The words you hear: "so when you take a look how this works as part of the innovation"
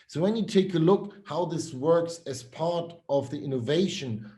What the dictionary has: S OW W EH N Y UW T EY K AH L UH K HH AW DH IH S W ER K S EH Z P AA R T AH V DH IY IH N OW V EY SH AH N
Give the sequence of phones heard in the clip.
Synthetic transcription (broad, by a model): S OW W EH N Y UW T EY K AH L UH K HH AW DH IH S W ER K S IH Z P AA R T AH V DH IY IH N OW V EY SH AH N